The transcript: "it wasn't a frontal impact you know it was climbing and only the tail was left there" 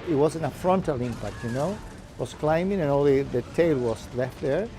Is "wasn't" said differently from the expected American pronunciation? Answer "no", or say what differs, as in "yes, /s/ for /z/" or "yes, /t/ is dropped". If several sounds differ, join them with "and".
yes, /t/ is dropped